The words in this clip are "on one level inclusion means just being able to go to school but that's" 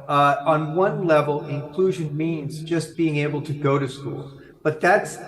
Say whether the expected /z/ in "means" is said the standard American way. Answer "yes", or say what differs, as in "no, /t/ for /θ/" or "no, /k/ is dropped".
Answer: yes